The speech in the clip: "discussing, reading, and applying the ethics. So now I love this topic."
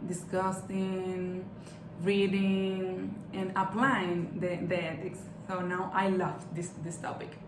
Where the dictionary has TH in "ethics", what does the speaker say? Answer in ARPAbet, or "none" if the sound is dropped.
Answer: T